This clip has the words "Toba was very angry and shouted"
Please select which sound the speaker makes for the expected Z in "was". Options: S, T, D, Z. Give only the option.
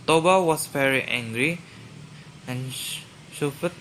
S